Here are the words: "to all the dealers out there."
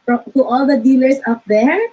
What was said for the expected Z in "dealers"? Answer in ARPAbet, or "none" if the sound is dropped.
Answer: S